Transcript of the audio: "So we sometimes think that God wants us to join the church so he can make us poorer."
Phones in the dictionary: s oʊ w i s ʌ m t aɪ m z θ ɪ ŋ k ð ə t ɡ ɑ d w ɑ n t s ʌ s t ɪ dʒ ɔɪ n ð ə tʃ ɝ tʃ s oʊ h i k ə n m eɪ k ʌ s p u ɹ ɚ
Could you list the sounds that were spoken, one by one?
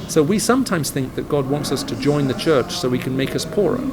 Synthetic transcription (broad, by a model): s oʊ w i s ʌ m t aɪ m z θ ɪ ŋ k ð ə t ɡ ɑ d w ɑ n t s ʌ s t ɪ dʒ ɔɪ n ð ə tʃ ɝ tʃ s oʊ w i k ə n m eɪ k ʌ s p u ɹ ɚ